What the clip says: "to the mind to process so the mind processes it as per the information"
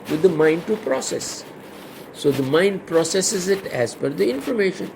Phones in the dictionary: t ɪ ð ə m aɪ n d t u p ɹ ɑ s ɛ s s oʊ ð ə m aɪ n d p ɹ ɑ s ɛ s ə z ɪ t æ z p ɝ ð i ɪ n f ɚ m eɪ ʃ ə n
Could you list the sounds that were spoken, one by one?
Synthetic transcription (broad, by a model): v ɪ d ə m aɪ n d t u p ɹ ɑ s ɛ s s oʊ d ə m aɪ n d p ɹ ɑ s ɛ s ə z ɪ t æ z f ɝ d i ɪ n f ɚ m eɪ ʃ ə n